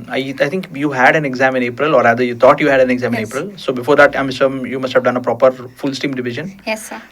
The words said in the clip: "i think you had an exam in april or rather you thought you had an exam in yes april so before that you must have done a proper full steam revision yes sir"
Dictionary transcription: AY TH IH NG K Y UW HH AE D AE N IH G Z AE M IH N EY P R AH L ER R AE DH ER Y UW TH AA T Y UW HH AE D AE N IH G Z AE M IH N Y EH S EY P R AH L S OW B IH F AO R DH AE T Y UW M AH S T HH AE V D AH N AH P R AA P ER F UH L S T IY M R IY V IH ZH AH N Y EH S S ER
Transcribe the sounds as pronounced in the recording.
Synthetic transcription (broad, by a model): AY T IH NG K Y UW HH AE D AE N IH G Z AE M IH N EY P R AH L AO R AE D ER Y UW T AA T Y UW HH AE D AE N IH G Z AE M IH N EY P R AH L S OW B IH F AO R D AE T Y UW M AH S T HH AE V D AH N AH P R AA P ER F UH L S T IY M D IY V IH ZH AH N Y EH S S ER